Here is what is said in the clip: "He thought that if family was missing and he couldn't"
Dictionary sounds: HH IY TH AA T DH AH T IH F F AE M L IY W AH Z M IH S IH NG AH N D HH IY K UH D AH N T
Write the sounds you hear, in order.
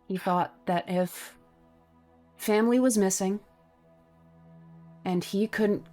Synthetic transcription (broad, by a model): HH IY TH AA T DH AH T IH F F AE M L IY W AH Z M IH S IH NG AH N IY K UH D N T